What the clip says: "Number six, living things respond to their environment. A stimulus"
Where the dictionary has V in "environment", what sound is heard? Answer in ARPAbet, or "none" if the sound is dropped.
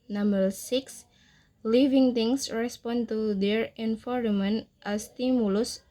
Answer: F